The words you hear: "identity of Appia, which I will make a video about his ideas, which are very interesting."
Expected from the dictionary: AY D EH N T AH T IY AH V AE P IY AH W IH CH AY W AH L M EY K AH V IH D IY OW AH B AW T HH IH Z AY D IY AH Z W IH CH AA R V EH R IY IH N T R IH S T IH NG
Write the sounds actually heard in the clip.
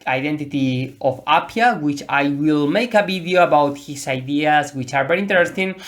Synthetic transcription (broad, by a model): AY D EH N T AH T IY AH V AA P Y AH W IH CH AY W AH L M EY K AH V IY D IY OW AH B AW T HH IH S AY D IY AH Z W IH CH AA R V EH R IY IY N T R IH S T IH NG